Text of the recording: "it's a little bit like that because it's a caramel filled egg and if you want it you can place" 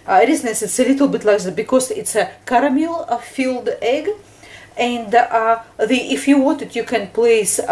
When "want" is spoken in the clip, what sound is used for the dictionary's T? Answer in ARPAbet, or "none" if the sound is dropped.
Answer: T